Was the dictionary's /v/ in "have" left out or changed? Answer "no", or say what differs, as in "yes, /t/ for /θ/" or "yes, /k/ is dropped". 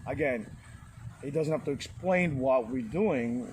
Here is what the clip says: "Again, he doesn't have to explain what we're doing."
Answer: yes, /f/ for /v/